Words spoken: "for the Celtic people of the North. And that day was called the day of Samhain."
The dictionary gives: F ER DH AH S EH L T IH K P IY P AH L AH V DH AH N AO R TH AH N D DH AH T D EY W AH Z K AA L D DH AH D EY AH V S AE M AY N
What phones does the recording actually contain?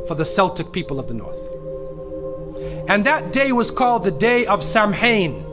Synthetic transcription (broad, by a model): F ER DH AH S EH L T IH K P IY P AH L AH V DH AH N AO R TH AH N DH AH T D EY W AH Z K AA L D DH AH D EY AH V S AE M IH N